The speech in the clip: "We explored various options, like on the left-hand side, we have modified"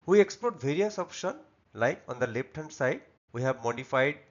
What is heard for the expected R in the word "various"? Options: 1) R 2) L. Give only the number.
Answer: 1